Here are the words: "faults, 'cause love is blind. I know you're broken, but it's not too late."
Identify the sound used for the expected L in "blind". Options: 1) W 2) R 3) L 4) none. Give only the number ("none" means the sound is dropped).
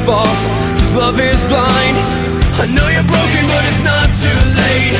3